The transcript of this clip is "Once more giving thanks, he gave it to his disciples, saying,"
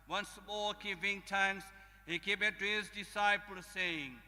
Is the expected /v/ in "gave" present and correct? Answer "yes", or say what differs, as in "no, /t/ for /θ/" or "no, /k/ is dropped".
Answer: no, /b/ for /v/